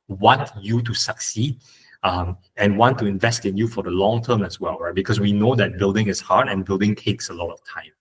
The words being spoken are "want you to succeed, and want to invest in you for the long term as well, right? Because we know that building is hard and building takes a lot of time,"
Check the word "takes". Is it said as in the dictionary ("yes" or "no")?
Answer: yes